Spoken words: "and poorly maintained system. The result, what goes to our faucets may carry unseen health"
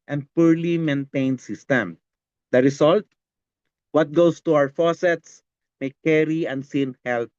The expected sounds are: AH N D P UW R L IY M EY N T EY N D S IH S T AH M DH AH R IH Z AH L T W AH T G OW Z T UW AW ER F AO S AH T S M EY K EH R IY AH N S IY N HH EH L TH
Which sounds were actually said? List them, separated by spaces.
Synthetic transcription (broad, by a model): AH N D P UW R L IY M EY N T EY N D S IH S T AH M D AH R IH S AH L T W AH T G OW S T UW AW ER F AO S AH T S M EY K EH R IY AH N S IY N HH EH L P